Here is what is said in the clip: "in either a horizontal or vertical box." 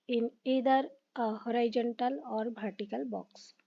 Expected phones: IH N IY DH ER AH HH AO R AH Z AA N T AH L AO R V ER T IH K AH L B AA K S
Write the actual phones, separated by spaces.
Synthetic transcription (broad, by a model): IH N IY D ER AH HH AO R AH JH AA N T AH L AO R B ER T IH K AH L B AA K S